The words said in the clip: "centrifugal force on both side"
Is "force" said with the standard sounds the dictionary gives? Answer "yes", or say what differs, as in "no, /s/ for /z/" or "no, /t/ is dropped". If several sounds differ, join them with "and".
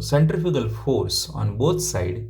yes